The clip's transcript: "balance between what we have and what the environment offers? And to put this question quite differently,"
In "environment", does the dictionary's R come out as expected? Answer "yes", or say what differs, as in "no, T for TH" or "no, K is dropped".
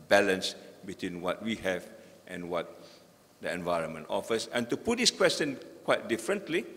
yes